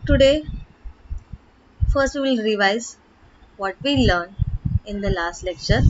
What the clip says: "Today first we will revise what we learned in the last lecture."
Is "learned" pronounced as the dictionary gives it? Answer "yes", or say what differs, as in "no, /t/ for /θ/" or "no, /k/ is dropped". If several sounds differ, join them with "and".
no, /d/ is dropped